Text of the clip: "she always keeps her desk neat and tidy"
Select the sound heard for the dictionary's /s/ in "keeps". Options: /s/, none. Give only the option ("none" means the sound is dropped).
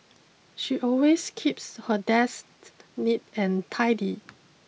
/s/